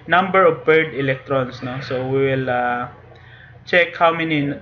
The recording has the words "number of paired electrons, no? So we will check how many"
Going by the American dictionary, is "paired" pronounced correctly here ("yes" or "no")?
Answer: no